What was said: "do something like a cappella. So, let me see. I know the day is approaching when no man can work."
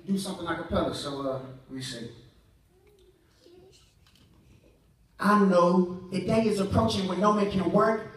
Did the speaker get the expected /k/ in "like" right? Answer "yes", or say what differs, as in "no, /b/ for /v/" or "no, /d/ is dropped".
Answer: no, /k/ is dropped